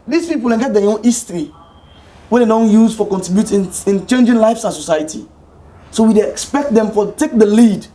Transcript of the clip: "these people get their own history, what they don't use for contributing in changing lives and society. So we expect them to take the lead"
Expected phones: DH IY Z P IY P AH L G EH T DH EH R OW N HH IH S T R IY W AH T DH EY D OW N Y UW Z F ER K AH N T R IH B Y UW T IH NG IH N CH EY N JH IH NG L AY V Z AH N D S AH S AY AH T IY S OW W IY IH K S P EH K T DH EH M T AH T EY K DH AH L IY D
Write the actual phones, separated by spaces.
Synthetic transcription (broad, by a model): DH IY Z P IY P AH N G EH T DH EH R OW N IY S T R IY W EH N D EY D OW N Y UW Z F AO K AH N T R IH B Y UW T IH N IH N CH EY N JH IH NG L AY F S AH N S AH S AY AH T IY S OW W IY IH K S P EH K T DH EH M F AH T EY K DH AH L IY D